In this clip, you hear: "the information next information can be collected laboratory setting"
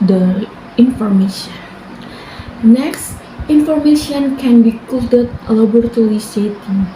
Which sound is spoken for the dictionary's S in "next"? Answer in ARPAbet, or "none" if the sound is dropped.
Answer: S